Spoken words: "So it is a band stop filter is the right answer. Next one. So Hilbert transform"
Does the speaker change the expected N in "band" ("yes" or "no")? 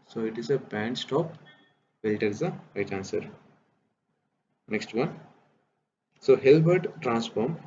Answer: no